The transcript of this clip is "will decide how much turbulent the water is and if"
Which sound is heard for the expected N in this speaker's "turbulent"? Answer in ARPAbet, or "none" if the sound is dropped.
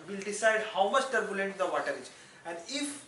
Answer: N